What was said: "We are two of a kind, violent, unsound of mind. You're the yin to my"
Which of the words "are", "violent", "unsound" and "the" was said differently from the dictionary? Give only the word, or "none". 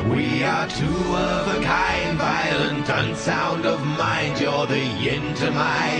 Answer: none